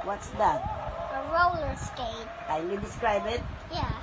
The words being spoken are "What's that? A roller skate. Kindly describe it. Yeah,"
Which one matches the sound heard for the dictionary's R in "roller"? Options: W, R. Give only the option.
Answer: R